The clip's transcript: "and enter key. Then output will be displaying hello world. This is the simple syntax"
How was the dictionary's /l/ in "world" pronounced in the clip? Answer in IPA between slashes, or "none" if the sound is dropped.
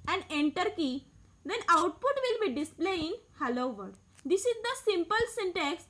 none